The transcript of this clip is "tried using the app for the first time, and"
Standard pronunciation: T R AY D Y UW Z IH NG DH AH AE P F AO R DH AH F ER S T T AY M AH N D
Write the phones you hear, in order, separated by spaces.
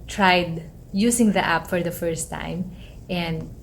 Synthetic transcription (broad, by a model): T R AY D Y UW S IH NG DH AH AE P F AO R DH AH F ER S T T AY M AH N D